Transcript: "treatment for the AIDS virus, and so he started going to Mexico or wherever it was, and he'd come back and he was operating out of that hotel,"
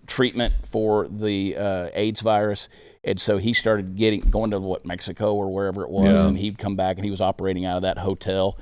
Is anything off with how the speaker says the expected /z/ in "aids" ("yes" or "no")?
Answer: no